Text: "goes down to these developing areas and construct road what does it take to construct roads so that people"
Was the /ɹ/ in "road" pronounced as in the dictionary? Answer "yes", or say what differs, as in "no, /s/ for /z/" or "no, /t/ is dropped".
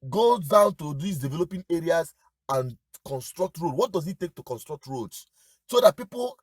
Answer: yes